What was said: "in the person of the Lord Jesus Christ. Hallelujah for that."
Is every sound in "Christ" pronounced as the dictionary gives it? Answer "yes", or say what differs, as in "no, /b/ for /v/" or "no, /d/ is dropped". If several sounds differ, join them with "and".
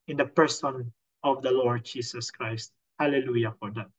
yes